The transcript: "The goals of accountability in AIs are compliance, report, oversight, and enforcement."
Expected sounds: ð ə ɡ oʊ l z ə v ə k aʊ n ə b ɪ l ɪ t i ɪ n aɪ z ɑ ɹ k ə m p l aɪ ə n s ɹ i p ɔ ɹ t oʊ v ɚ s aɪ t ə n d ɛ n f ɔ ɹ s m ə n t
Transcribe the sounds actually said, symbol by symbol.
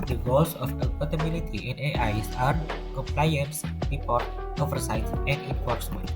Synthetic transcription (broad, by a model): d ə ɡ oʊ l s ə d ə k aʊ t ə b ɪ l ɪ t i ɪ n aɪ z ɑ ɹ k ə m p l aɪ ə n s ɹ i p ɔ ɹ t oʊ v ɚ s aɪ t ə n d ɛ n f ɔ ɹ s m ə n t